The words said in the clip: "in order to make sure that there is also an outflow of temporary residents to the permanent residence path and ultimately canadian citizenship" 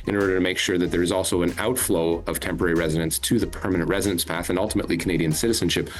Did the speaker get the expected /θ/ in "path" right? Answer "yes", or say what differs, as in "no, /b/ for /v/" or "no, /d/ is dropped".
yes